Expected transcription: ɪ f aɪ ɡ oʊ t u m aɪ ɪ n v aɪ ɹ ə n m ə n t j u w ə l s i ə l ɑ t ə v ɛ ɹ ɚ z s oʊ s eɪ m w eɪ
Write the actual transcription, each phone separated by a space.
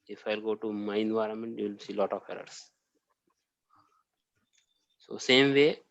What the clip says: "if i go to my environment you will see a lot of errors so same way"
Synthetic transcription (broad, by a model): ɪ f aɪ ɡ oʊ t u m aɪ ɪ n v aɪ ɹ ə n m ə n t j u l s i l ɑ t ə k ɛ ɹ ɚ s s oʊ s eɪ m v eɪ